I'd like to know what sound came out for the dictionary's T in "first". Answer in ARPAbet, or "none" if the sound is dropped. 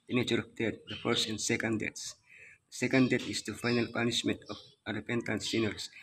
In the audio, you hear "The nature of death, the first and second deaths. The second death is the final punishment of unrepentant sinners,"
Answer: none